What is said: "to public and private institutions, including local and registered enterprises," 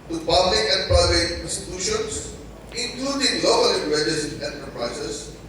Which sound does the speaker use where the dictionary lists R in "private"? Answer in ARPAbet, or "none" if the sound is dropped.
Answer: none